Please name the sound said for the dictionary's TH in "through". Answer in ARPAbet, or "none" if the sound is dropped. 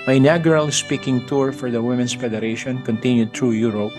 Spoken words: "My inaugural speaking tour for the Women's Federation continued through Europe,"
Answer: T